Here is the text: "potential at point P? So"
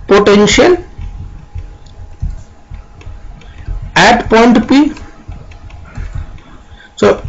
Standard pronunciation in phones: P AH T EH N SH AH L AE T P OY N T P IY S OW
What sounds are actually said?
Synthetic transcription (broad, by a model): P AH T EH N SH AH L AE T P OY N T P IY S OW